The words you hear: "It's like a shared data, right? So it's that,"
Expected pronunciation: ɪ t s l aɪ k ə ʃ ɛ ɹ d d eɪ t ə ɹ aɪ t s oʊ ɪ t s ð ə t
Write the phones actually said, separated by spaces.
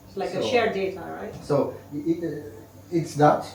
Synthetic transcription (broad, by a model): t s l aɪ ə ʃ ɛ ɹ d d eɪ t ə ɹ aɪ t s oʊ ɪ t s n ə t